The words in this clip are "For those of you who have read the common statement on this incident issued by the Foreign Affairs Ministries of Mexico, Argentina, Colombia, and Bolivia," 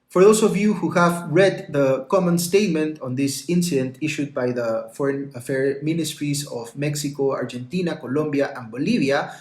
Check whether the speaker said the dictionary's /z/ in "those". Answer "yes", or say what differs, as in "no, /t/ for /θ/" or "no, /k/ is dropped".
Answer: no, /s/ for /z/